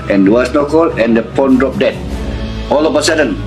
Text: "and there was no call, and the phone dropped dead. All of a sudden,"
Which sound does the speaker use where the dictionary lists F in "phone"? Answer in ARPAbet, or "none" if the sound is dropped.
P